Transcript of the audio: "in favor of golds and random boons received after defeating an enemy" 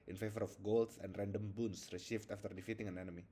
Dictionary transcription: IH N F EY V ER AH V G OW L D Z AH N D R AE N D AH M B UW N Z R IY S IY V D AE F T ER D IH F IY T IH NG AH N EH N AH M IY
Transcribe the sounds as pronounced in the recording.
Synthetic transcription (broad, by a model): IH N F EY V ER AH F G OW L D S AH N D R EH N D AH M B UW N S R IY SH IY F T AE F T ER D IH F IY T IH NG AH N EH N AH M IY